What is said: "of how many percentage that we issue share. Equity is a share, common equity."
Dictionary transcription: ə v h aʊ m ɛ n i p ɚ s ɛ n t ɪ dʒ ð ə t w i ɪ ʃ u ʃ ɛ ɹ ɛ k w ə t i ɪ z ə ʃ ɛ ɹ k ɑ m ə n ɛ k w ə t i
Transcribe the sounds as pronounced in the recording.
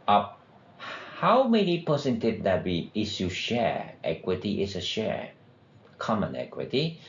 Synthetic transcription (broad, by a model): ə h aʊ m ɛ n i p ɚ s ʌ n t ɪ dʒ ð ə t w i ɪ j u ʃ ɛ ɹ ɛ k w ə t i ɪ s ə ʃ ɛ ɹ k ɑ m ə n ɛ k w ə t i